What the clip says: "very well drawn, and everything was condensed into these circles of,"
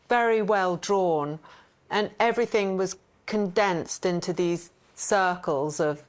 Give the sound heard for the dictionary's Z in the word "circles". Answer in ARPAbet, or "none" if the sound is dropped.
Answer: Z